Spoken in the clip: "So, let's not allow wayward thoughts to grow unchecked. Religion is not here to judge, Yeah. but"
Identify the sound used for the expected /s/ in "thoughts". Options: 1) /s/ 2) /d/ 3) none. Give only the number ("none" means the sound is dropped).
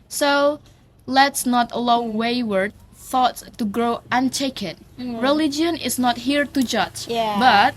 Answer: 1